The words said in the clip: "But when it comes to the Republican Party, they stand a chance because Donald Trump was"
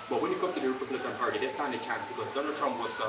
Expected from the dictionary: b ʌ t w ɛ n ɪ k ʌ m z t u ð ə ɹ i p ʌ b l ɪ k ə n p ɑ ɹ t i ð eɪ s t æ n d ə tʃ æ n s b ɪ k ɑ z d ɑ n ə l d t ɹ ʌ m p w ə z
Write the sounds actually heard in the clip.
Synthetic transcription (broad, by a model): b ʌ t w ɛ n ɪ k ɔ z t u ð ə ɹ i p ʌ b l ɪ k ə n p ɑ ɹ t i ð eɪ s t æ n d ə tʃ æ n s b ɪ k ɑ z d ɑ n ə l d t ɹ ʌ m p w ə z